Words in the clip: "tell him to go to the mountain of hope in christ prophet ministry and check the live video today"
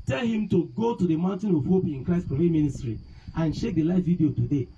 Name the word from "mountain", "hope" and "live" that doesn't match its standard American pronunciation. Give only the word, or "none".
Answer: live